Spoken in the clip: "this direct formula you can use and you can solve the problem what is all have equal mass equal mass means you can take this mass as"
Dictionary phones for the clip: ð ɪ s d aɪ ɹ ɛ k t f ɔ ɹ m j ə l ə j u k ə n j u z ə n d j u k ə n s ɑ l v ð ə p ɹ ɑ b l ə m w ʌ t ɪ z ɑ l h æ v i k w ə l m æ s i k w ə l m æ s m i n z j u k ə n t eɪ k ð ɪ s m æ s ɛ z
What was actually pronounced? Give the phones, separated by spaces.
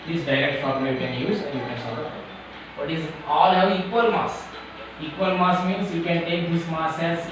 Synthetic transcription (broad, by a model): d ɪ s d aɪ ɹ ɛ k t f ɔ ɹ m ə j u k ə n j u z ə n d j u k ə n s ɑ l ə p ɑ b ə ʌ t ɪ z ɑ l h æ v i k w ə l m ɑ s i k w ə l m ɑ s m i n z j u k ə n t eɪ k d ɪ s m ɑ s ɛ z